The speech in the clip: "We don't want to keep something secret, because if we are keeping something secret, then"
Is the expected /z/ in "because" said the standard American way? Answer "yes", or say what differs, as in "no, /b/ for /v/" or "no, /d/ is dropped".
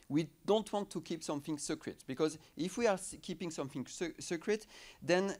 yes